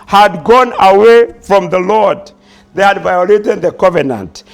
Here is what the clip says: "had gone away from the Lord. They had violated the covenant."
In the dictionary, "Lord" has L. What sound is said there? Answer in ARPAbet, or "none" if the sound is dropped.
L